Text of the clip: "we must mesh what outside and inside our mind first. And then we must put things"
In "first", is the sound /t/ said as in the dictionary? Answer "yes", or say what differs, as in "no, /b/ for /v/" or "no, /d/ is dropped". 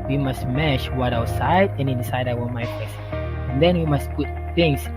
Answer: no, /t/ is dropped